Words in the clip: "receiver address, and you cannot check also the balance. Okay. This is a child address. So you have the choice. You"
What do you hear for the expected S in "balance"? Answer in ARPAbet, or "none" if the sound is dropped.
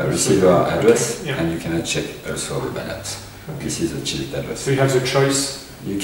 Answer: none